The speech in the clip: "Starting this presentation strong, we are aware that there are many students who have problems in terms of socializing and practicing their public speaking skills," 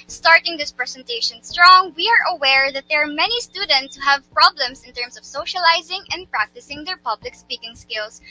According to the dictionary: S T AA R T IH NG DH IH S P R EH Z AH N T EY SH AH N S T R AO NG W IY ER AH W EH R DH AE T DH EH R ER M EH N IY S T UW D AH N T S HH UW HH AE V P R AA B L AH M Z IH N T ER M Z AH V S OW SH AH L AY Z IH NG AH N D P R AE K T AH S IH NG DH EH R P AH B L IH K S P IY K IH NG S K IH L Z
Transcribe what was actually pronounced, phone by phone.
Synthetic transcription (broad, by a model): S T AA R T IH NG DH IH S P R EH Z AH N T EY SH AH N S T R AO NG W IY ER AH W EH R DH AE T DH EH R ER M EH N IY S T UW D AH N T S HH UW HH AE V P R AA B L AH M S IH N T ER M S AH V S OW SH AH L AY Z IH NG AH N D P R AE K T AH S IH NG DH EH R P AH B L IH K S P IY K IH NG S K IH L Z